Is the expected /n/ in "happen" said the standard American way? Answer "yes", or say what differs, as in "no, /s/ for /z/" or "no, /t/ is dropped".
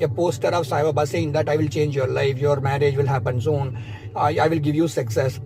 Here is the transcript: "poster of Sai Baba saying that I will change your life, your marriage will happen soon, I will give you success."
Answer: yes